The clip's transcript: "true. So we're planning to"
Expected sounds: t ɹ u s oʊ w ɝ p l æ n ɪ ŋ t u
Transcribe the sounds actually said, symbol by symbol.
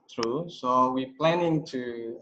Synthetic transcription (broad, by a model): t ɹ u s oʊ w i p l æ n ɪ ŋ t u